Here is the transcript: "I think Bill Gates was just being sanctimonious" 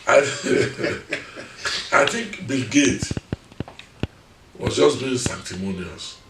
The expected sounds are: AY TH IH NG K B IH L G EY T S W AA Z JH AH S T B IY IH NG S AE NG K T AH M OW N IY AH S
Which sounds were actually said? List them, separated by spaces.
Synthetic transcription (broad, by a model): AY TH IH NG K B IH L G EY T W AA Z JH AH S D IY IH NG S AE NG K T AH M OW N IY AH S